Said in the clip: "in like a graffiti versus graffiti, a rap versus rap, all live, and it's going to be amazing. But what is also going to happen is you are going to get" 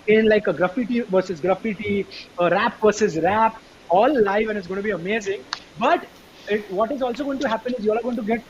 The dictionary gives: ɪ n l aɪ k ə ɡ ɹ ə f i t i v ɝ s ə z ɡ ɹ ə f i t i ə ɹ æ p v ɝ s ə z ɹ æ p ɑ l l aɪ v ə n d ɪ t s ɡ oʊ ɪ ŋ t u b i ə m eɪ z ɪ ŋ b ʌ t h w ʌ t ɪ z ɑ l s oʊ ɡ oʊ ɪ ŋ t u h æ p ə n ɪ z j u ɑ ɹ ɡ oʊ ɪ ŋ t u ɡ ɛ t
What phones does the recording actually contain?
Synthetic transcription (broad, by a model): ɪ n l aɪ k ə ɡ ɹ ə f i t i v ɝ s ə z ɡ ɹ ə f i t i ə ɹ æ p v ɝ s ə z ɹ æ p ɑ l l aɪ v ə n ɪ t s ɡ oʊ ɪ t u b i ə m eɪ z ɪ ŋ b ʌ t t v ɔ t ɪ z ɑ l s oʊ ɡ oʊ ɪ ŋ t u h æ p ə n ɪ z j u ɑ l ɡ oʊ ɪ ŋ t u ɡ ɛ t